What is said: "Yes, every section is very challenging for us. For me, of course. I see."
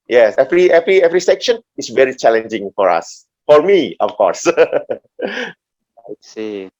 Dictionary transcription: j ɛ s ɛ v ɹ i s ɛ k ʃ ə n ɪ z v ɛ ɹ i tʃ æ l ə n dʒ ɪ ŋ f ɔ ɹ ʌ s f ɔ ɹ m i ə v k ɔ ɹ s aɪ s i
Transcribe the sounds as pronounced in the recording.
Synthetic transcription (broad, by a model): j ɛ s ɛ v ɹ i s ɛ k ʃ ə n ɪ s v ɛ ɹ i tʃ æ l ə n dʒ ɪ ŋ f ɔ ɹ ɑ s f ɔ ɹ m i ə f k ɔ ɹ s aɪ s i